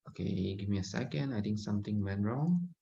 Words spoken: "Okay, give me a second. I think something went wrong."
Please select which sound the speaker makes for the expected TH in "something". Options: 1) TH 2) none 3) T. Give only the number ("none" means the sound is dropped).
3